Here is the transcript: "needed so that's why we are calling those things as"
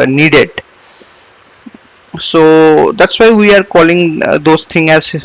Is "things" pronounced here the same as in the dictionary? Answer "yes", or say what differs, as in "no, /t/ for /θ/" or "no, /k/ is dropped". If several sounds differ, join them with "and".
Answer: no, /z/ is dropped